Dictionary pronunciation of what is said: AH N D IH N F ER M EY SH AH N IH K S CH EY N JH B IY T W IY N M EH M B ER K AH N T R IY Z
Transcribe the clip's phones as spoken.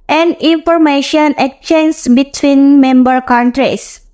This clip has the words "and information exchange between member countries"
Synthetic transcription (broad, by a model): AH N D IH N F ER M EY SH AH N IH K CH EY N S B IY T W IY N M EH M B ER K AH N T R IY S